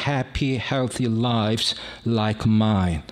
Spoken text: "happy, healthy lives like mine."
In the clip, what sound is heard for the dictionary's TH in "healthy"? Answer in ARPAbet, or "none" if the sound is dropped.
TH